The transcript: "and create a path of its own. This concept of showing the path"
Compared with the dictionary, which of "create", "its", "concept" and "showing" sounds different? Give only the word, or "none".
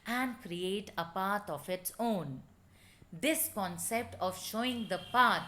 none